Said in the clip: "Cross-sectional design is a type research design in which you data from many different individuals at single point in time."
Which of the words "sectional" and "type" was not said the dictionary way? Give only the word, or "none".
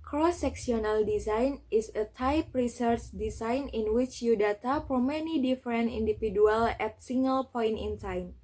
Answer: sectional